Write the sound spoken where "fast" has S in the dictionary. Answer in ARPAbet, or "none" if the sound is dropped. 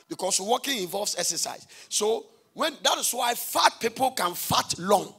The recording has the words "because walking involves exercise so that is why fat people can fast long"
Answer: none